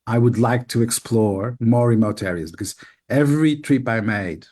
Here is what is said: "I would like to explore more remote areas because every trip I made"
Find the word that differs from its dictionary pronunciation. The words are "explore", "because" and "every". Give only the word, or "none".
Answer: none